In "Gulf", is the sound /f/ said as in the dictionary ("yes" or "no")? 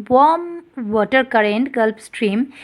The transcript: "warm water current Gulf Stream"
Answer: no